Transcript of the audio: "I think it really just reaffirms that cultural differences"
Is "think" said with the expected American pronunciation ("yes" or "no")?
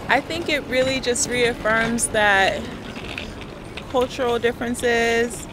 yes